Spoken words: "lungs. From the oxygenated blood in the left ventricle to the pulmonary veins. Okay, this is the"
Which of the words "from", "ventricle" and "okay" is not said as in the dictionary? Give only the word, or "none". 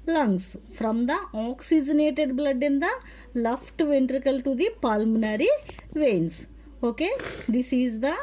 none